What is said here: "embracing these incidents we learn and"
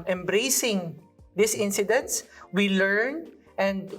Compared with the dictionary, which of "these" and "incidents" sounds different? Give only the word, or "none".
these